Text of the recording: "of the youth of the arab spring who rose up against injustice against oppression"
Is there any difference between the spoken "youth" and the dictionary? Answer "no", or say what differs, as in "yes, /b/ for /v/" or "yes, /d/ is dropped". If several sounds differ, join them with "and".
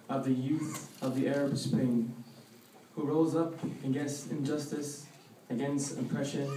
no